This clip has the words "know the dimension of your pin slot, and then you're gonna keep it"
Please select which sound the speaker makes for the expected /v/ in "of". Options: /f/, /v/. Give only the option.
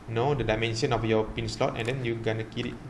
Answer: /f/